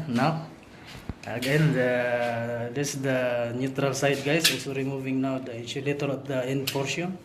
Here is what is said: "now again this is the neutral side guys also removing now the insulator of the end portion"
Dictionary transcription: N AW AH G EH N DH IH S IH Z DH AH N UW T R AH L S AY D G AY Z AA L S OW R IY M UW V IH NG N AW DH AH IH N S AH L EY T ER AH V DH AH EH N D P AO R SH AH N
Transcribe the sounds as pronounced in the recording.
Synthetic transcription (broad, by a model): N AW AH G EH N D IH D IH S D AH N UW T R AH L S AY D G AY S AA S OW R IY M UW V IH NG N AW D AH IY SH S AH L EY T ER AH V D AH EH N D P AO R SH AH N